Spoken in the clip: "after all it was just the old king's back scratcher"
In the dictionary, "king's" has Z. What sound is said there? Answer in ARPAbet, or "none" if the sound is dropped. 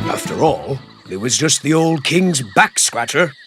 Z